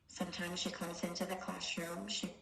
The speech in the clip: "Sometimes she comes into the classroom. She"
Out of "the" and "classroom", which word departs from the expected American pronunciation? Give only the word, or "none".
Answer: classroom